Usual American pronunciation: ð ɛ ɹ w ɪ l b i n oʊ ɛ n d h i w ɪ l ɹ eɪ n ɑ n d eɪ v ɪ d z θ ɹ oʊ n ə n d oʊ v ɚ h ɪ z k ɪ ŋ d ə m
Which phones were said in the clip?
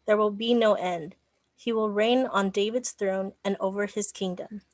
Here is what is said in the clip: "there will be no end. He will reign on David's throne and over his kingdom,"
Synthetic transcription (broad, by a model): ð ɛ ɹ w ɪ l b i n oʊ ɛ n d h i w ɪ l ɹ eɪ n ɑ n d eɪ v ɪ d z θ ɹ oʊ n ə n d oʊ v ɚ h ɪ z k ɪ ŋ d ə m